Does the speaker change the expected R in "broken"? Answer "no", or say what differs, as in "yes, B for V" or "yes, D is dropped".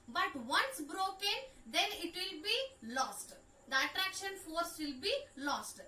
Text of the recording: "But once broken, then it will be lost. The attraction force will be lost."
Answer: no